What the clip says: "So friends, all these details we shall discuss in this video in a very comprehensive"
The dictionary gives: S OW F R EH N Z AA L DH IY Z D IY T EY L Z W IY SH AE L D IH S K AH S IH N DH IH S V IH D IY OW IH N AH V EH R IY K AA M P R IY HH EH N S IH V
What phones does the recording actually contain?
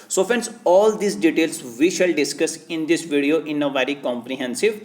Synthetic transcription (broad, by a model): S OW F EH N S AA L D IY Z D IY T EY L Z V IY SH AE L D IH S K AH S IH N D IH S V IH D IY OW IH N AH V EH R IY K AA M P R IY HH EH N S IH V